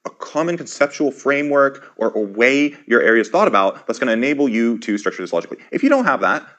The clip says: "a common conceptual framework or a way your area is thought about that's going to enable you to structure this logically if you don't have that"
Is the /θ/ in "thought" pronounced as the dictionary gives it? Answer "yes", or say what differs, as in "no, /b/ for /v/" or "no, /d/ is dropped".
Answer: yes